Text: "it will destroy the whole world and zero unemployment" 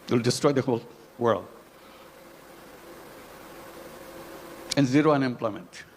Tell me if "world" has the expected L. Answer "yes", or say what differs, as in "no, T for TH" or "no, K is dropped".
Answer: yes